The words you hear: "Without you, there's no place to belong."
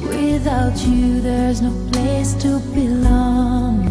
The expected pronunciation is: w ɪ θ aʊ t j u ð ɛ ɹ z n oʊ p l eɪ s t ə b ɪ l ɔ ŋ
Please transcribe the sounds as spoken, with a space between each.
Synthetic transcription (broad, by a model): w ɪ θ aʊ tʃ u ð ɛ ɹ z n oʊ p l eɪ s t ə b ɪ l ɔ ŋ